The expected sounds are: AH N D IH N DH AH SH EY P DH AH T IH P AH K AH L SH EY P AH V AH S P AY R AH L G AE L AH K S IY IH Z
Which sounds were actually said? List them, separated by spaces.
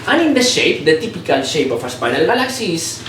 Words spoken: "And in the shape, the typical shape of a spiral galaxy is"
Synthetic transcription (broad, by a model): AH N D IH N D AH SH EY P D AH T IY P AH K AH L SH EY P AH F AH S P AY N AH L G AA L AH K S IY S